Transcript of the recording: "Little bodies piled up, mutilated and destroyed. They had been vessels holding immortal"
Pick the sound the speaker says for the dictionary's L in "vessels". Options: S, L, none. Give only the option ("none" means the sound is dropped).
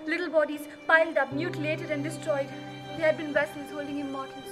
none